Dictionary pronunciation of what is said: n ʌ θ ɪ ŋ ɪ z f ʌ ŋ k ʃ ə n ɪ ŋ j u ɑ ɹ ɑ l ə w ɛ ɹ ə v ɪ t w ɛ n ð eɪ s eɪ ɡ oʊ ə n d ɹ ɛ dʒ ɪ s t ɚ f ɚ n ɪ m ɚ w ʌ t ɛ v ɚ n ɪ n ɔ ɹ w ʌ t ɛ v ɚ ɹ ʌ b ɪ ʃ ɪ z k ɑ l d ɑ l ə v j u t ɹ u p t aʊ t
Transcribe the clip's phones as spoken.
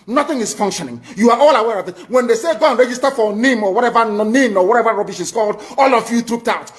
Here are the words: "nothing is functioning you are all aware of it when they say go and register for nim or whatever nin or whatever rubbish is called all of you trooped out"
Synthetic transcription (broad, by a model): n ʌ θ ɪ ŋ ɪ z f ʌ ŋ k ʃ ə n ɪ ŋ j u ɑ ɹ ɑ l ə w ɛ ɹ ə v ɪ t w ɛ n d eɪ s eɪ ɡ oʊ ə n ɹ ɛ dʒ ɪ s t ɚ f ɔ n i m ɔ w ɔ t ɛ v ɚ n ɪ n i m w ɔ t ɛ v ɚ ɹ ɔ b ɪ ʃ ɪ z k ɑ l d ɑ l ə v j u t ɹ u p t aʊ t